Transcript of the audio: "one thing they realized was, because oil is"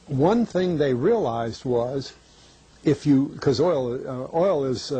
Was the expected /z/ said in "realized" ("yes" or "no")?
yes